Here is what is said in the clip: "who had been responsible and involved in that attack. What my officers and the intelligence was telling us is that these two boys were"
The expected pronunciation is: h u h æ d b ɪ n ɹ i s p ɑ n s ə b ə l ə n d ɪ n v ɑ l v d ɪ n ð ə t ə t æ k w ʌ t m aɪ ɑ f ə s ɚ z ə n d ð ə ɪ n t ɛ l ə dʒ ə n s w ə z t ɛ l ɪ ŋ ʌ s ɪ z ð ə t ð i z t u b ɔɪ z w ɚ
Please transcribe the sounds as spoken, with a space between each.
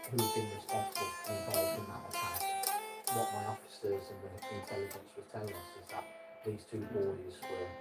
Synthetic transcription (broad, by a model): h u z b ɪ n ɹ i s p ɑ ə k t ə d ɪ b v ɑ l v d ɪ n ð ə t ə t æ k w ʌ t m aɪ ɑ f ə s ɚ z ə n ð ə ɪ n t ɛ l ə dʒ ə n s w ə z t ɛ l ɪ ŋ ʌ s ɪ z ð ə t ð i z t u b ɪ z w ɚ